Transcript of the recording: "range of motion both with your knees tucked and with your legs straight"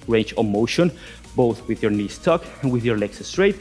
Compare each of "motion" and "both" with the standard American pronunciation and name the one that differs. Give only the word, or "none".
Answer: none